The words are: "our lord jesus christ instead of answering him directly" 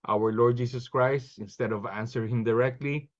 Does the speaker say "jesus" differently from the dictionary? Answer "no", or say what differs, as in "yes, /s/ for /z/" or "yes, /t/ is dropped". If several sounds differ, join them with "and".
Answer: yes, /s/ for /z/